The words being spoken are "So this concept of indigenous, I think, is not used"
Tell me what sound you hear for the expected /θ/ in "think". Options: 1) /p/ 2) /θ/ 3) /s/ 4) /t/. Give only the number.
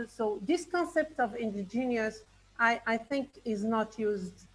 2